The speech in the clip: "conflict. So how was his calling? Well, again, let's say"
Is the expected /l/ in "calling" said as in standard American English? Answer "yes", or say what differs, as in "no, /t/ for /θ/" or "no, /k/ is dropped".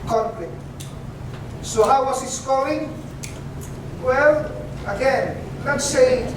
no, /l/ is dropped